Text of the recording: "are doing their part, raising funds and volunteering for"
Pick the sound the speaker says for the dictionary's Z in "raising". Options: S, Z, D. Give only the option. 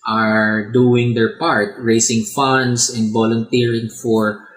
S